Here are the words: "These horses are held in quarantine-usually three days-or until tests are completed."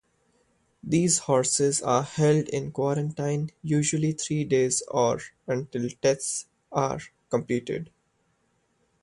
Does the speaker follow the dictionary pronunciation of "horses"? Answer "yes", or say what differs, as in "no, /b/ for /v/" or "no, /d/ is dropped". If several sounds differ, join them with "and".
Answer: yes